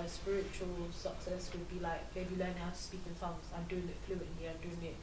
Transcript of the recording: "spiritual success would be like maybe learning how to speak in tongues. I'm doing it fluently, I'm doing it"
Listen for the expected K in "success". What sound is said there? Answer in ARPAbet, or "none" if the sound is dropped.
K